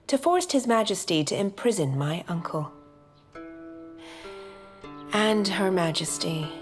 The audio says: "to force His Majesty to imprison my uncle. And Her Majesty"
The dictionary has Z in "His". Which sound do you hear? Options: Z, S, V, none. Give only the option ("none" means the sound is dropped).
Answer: Z